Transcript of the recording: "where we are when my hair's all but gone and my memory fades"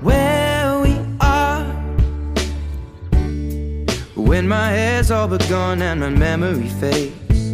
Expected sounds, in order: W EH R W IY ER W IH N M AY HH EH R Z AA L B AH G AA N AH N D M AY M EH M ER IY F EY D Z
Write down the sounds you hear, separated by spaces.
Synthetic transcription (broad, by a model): W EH W IY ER W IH N M AY HH EH Z AA L B AH G AA N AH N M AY M EH M ER IY F EY